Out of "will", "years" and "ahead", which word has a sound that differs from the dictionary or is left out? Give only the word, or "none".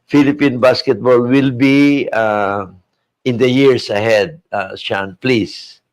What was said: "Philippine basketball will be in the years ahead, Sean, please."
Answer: years